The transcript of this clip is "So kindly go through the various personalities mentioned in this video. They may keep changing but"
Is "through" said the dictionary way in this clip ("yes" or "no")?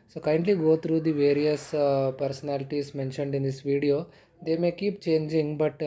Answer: no